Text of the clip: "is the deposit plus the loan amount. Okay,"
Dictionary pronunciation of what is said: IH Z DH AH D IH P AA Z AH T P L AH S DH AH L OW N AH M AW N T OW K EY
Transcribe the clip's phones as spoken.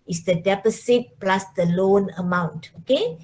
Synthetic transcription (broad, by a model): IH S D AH D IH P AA S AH T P L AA S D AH L OW N AH M AW N T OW K EY